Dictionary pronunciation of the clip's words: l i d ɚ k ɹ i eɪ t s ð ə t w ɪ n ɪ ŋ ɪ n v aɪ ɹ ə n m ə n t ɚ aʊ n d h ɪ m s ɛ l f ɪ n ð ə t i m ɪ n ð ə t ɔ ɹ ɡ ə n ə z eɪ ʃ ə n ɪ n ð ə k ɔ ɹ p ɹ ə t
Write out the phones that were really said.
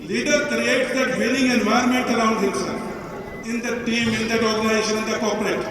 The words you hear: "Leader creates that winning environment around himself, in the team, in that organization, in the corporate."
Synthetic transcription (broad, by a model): l i d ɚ k ɹ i eɪ t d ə t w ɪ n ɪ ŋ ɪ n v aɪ ə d m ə n t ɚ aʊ n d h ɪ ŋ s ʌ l ɪ n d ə t i m ɪ n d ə t ɔ ɹ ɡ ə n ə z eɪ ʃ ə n ɪ n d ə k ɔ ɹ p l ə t